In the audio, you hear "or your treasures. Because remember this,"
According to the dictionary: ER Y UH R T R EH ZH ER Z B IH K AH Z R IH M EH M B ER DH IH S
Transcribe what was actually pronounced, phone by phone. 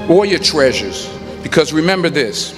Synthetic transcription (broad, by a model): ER Y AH R T R EH ZH ER Z B IH K AH Z R IH M EH M B ER DH IH S